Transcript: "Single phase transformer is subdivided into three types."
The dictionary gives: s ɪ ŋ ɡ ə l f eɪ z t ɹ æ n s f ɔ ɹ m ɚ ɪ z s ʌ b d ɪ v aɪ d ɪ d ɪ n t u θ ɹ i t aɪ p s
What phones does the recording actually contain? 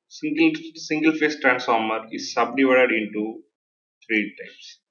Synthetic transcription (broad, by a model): s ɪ ŋ ɡ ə l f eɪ s t ɹ æ n s f ɔ ɹ m ɚ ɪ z s ʌ b d ɪ v aɪ d ɪ d ɪ n t u t ɹ i t aɪ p s